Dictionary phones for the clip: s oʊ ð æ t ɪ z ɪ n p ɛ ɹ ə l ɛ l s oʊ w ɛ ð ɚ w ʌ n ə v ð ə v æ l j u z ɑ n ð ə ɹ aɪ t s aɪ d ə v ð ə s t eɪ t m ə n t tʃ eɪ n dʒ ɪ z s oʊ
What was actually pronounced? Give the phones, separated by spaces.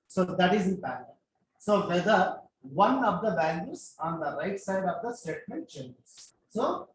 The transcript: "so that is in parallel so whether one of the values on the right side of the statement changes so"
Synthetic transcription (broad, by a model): s oʊ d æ t ɪ z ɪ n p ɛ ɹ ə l s oʊ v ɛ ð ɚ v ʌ n ə v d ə b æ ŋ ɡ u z ɑ n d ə ɹ aɪ t s aɪ d ə v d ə s t eɪ t m ə n t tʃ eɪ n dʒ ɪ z s oʊ